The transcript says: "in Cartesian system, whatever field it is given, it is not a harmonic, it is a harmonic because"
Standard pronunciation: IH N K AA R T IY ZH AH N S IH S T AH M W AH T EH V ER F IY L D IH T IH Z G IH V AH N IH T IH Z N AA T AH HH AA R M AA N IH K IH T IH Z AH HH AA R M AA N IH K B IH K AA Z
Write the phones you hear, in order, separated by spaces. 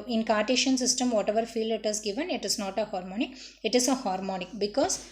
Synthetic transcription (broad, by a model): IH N K AA R T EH SH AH N S IH S T AH M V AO T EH V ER F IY L IH T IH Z G IH V AH N IH T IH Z N AA T AH HH AA R M AA N IH K IH T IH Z AH HH AA R M AA N IH K B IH K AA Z